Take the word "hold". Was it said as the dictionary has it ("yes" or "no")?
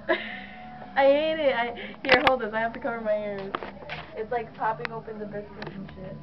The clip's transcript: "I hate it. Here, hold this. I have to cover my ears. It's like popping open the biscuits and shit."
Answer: yes